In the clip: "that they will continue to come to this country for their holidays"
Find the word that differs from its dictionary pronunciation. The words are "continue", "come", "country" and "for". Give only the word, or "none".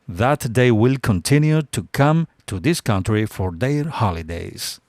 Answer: none